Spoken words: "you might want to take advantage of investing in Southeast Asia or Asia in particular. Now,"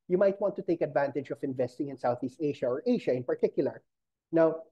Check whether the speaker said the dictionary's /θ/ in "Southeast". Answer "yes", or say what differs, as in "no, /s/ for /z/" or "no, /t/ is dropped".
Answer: yes